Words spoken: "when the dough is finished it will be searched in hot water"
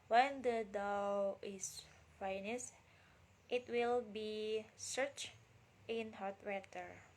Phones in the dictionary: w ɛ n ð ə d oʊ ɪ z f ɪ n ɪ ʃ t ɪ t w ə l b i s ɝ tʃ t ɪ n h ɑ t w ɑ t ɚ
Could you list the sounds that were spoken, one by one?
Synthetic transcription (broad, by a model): w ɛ n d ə d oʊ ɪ s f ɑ n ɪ s t ɪ t w ə l b i s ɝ tʃ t ɪ n h ɑ t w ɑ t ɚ